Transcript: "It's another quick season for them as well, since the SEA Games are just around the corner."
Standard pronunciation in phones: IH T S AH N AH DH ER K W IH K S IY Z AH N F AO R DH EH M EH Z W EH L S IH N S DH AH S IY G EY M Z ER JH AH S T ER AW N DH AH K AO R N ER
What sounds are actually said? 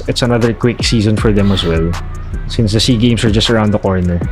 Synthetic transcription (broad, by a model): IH T S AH N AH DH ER K W IH K S IY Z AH N F AO R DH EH M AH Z W EH L S IH N S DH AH S IY G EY M S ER JH AH S T ER AW N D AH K AO R N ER